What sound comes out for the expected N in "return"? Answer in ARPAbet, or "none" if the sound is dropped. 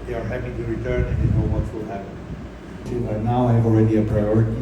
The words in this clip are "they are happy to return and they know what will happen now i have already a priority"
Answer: N